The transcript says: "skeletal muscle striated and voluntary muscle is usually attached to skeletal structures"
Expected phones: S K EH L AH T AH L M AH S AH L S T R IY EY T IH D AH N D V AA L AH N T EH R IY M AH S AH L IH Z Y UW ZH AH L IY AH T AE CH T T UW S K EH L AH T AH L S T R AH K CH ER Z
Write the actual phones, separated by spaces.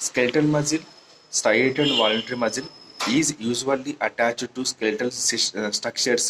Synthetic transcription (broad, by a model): S K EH L T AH L M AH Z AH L S T IY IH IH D AH N D V AA L AH N T EH R IY M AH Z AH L IH Z Y UW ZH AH L IY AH T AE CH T T UW S K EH L T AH L S T R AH K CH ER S